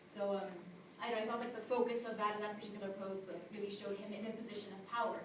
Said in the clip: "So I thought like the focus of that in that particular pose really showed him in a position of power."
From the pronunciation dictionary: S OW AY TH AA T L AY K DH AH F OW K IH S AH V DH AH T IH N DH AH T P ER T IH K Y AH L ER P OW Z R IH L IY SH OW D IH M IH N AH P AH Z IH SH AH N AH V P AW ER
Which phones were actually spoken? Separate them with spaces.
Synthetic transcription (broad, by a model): S OW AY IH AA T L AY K DH AH F OW K IH S AH V DH AH T IH N DH AH T P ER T IH K Y L ER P OW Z R IH L IY SH OW D IH M IH N AH P AH Z IH SH AH N AH V P AW ER